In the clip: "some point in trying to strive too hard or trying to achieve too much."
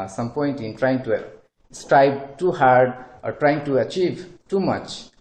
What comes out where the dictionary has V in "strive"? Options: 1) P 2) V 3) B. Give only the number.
3